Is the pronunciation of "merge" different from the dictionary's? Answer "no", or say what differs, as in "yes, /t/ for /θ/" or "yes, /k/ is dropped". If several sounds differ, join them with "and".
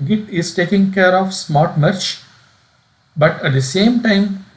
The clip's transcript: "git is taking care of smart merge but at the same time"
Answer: yes, /tʃ/ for /dʒ/